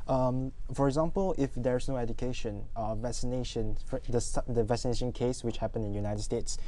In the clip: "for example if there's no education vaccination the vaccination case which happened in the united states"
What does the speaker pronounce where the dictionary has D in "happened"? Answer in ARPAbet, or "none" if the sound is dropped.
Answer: none